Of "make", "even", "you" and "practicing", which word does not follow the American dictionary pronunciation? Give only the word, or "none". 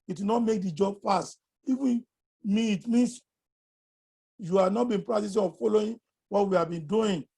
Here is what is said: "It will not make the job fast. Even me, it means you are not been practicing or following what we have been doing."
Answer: practicing